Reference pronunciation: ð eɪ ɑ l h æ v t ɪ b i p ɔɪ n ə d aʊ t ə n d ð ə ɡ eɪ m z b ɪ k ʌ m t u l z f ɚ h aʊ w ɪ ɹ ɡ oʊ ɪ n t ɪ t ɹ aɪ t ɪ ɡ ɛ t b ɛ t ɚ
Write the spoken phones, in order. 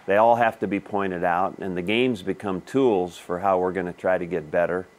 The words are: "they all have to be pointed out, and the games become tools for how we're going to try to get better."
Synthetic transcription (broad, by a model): ð eɪ ɑ l h æ f t ɪ b i p ɔɪ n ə d aʊ t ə n ð ə ɡ eɪ m z b ɪ k ʌ m t u l z f ɚ h aʊ w ɪ ɹ ɡ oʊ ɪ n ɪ t ɹ aɪ t ɪ ɡ ɛ t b ɛ t ɚ